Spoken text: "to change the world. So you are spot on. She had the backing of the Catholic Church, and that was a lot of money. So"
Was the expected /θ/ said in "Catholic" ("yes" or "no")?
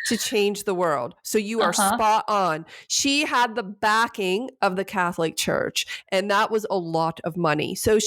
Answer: yes